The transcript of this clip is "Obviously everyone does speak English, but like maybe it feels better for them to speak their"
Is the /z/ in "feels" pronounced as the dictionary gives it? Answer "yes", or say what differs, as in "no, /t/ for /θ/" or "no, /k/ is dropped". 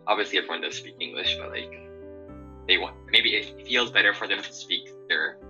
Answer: yes